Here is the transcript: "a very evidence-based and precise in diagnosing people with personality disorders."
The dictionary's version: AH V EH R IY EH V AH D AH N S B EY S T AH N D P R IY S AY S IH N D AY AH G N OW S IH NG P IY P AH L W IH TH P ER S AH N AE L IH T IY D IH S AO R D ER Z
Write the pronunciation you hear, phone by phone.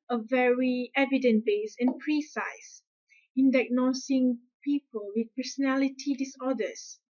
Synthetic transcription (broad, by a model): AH V EH R IY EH V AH D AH N B EY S AH N P R IY S AY S IH N D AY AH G N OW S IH NG P IY P AH L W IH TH P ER S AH N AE L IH T IY D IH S AO D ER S